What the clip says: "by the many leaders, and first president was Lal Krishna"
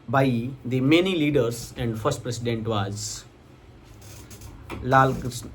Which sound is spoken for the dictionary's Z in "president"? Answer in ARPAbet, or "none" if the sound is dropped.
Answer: S